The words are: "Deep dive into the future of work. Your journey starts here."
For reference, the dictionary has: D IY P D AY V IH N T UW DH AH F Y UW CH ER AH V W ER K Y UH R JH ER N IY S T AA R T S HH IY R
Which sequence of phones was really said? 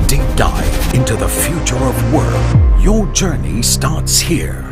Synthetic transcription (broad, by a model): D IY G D AY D IH N T UW DH AH F Y UW CH ER AH V W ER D Y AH R JH ER N IY S T AA R T S HH IY R